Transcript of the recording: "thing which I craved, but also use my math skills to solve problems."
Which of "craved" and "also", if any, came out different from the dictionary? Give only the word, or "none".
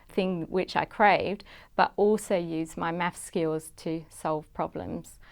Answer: none